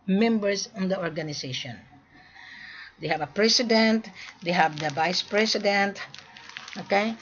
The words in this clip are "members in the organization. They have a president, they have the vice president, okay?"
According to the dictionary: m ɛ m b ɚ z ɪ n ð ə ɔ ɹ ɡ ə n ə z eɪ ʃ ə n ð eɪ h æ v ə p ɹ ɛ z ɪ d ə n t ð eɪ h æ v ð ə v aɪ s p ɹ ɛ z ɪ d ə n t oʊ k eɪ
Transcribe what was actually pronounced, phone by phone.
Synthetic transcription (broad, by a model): m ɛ m b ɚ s ɪ n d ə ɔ ɹ ɡ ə n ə s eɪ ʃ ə n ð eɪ h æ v ə p ɹ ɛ s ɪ d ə n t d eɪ h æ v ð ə v aɪ s p ɹ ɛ s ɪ d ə n t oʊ k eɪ